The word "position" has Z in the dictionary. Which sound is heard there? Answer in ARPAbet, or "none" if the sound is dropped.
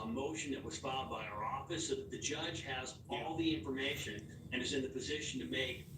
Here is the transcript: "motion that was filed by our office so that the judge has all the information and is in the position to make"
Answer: Z